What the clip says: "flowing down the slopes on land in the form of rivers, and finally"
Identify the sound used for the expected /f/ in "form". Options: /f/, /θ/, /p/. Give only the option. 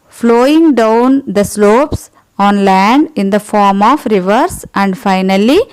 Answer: /f/